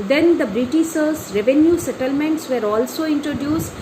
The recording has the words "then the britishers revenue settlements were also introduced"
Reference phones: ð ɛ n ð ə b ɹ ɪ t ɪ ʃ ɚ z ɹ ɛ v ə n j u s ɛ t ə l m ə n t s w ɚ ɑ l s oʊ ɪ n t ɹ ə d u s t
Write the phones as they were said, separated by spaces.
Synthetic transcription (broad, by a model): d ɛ n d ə b ɹ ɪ t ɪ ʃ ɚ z ɹ ɛ v ə n j u s ɛ t ə l m ə n t s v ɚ ɑ l s oʊ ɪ n t ɹ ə d u s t